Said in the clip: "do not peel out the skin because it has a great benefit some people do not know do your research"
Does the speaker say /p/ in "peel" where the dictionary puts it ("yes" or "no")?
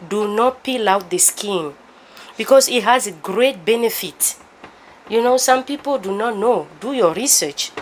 yes